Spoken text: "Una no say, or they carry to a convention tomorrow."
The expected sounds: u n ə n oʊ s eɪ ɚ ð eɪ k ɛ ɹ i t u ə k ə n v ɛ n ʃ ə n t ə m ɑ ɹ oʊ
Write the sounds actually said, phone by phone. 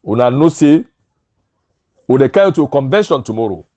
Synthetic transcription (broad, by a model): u n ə n oʊ s eɪ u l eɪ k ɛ i t u k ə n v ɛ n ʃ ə n t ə m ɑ ɹ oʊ